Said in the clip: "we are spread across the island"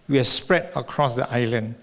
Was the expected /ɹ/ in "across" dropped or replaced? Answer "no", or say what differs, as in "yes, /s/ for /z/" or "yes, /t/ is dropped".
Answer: no